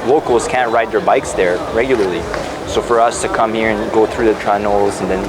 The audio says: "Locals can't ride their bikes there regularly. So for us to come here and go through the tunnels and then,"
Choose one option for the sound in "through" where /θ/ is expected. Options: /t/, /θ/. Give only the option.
/θ/